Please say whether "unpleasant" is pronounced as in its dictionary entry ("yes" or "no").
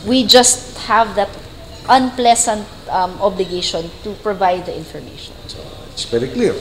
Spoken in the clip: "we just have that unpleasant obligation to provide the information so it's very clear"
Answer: no